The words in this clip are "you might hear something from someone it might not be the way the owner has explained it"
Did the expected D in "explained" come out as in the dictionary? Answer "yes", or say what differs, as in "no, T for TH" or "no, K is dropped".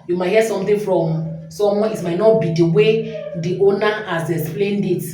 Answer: yes